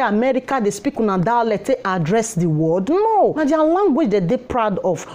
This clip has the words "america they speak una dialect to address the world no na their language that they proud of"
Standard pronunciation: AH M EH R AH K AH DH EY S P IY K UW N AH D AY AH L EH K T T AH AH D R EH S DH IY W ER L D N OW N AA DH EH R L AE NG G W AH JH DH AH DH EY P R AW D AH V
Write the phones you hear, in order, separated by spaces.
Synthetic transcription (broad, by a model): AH M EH R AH K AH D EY S P IY K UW N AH D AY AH L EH T T AH D R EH S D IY W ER D N OW N AA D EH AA L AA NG G W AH JH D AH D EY P R AW D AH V